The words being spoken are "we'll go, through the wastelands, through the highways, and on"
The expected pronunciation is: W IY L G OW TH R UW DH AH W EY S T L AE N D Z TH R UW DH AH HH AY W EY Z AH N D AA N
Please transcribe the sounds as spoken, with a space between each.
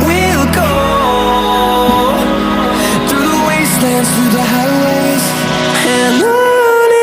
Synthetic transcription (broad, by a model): W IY L G OW TH R UW DH AH W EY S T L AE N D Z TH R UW DH AH HH AY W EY AH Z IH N